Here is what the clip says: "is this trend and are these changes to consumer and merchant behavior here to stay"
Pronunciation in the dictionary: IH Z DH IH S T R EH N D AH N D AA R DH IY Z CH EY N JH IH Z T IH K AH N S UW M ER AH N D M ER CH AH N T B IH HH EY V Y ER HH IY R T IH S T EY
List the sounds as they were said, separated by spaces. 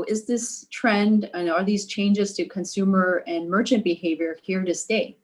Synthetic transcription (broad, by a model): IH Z DH IH S T R EH N D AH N AA L DH IY Z CH EY N JH IH Z T IH K AH N S UW M ER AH N M ER CH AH N B IH HH EY V Y ER HH IY R T IH S T EY